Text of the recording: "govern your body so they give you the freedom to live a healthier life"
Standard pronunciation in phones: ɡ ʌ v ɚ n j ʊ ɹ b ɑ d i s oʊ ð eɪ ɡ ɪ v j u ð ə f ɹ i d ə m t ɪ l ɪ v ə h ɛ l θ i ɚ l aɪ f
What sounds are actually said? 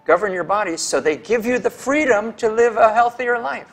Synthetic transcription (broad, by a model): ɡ ʌ v ɚ n j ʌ ɹ b ɑ d i s oʊ ð eɪ ɡ ɪ v j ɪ ð ə f ɹ i d ə m t ɪ l ɪ v ə h ɛ l θ i ɚ l aɪ f